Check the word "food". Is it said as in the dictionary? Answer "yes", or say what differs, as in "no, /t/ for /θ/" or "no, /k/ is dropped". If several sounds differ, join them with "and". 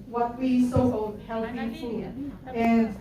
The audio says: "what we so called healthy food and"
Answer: no, /d/ is dropped